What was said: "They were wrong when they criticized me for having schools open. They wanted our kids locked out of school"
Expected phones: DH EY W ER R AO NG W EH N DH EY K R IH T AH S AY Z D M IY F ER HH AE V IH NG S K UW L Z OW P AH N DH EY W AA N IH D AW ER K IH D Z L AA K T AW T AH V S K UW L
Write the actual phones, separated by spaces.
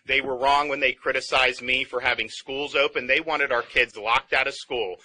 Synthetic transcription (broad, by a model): DH EY W ER R AO NG W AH N DH EY K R IH T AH S AY Z M IY F ER HH AE V IH NG S K UW L Z OW P AH N DH EY W AA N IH D AW ER K IH D Z L AA K T AW T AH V S K UW L